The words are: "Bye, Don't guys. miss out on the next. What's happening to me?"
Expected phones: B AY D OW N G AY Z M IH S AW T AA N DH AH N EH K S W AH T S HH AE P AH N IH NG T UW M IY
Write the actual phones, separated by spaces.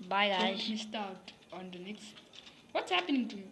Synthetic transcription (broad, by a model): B AY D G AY M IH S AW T AA N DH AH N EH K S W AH T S HH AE P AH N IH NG T UW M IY